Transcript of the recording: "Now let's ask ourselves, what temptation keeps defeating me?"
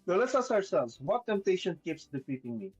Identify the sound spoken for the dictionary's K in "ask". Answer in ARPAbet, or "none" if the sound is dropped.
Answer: none